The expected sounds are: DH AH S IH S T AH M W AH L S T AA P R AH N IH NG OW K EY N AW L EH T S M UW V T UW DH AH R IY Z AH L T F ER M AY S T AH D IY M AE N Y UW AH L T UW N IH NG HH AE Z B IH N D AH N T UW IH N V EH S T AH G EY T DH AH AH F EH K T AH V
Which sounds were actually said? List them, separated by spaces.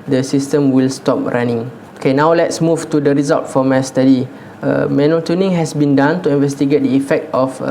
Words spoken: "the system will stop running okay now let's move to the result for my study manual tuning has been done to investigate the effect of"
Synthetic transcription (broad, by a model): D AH S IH S T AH M W AH L S T AA P R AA N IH NG OW K EY N AW L EH T S M UW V T UW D AH R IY Z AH L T F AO M AY S T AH D IY M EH N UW T UW N IH NG HH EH S B IH N D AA N T UW IH N V EH S T AH G EY T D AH AH F EH K T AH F